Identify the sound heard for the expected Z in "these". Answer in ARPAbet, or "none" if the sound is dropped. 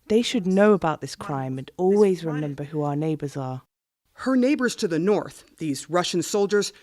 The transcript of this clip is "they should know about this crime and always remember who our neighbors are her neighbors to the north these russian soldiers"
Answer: Z